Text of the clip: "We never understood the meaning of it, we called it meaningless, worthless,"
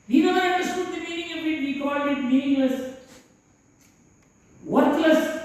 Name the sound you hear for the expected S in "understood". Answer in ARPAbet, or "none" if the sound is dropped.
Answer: none